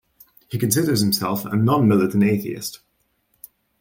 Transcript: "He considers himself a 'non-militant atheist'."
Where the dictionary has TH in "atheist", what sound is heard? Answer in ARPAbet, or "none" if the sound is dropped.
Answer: TH